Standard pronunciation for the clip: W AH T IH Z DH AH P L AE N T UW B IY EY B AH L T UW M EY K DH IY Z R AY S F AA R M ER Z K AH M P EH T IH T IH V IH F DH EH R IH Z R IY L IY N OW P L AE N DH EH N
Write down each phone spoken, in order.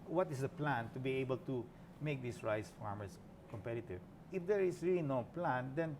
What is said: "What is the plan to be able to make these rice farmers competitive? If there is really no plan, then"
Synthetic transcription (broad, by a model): W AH T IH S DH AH P L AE N T UW B IY EY B AH L T UW M EY K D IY S R AY S F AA R M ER S K AH M P EH T IH T IH V IH F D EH R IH S R IY L IY N OW P L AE N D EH N